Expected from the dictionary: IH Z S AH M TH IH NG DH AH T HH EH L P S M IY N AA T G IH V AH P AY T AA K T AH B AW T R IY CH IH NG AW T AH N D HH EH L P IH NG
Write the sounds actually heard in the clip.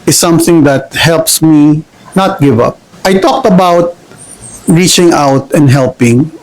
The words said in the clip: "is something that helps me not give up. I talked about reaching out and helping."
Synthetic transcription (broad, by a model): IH S AH M TH IH NG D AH T HH EH L P S M IY N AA T G IH V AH P AY T AA K T AH B AW T R IY CH IH NG AW T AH N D HH EH L P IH NG